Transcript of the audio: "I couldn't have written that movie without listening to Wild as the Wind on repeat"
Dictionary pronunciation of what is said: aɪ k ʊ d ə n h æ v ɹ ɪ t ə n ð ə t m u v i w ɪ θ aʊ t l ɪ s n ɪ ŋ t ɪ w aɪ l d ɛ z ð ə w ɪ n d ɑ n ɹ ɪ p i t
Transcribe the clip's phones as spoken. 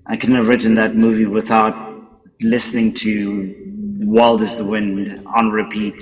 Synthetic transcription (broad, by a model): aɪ k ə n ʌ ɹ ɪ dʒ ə n ð ə t m u v i w ɪ θ aʊ t l ɪ s n ɪ ŋ t ɪ w aɪ l d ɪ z ð ə w ɪ n d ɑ n ɹ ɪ p i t